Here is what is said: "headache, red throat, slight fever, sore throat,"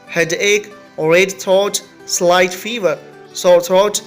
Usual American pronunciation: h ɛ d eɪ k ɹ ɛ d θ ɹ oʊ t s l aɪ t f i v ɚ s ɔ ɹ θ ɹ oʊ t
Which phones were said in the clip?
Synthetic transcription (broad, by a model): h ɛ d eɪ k ɹ ɛ d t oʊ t s l aɪ t f i v ɚ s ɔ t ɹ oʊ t